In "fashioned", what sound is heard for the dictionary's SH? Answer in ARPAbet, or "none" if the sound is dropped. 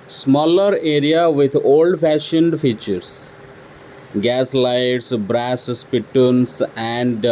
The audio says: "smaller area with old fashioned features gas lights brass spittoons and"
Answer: SH